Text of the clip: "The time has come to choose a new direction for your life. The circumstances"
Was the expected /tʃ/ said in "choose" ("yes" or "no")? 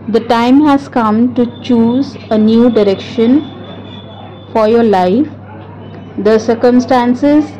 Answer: yes